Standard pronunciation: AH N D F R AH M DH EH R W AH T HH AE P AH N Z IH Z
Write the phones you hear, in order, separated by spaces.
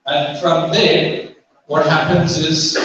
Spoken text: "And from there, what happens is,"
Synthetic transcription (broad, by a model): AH N F R AH M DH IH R W AH T HH AE P AH N Z IH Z